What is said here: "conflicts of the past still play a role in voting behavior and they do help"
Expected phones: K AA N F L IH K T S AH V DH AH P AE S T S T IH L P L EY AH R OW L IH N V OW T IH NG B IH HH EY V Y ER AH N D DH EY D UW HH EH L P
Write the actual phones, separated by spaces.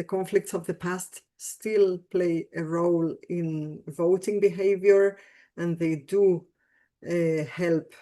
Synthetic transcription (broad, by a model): K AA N F L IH K T S AH V DH AH P AE S T S T IH L P L EY AH R OW L IH N V OW T IH NG B IH HH EY V Y ER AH N DH EY D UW HH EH L P